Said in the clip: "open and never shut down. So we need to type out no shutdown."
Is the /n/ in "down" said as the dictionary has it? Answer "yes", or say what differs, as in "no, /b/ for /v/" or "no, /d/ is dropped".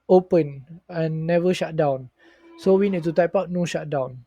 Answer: yes